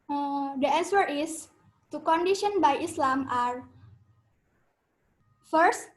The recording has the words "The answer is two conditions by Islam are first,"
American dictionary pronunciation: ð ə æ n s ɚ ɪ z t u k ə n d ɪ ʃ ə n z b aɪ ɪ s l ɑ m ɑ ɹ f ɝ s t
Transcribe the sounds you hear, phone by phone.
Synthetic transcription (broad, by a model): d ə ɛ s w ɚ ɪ s t u k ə n d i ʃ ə n b aɪ ɪ s l ɑ m ɑ ɹ f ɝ s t